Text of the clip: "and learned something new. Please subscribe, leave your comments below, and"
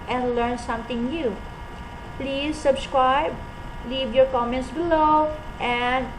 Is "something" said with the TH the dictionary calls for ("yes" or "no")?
no